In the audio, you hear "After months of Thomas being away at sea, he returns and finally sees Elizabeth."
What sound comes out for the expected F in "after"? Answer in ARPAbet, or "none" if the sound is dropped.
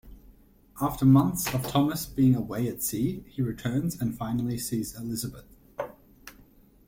F